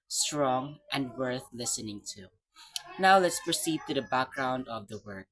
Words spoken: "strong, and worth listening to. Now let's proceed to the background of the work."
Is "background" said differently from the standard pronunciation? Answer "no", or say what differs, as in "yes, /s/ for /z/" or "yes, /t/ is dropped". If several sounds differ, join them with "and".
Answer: no